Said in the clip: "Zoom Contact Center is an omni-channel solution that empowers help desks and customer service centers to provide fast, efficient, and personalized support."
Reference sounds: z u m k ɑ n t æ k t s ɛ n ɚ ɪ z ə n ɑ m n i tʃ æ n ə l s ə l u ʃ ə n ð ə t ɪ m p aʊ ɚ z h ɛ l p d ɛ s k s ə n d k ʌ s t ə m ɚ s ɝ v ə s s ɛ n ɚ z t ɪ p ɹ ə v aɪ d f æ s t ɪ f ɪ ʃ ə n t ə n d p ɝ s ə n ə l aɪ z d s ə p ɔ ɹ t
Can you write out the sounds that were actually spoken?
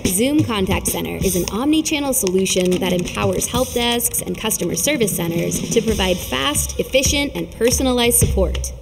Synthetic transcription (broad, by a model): z u m k ɑ n t æ k t s ɛ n ɚ ɪ z ə n ɑ m n i tʃ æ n l s ə l u ʃ ə n ð ə t ɪ m p aʊ ɚ z h ɛ l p d ɛ s k s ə n k ʌ s t ə m ɚ s ɝ v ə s s ɛ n ɚ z t ɪ p ɹ ə v aɪ d f æ s t ɪ f ɪ ʃ ə n t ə n p ɝ s ə n ə l aɪ z d s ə p ɔ ɹ t